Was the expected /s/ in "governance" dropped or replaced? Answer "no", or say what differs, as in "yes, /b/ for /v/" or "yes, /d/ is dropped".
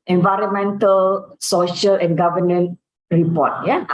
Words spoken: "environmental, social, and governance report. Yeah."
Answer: yes, /s/ is dropped